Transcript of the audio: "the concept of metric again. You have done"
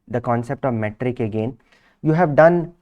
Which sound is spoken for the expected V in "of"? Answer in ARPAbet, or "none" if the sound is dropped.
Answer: V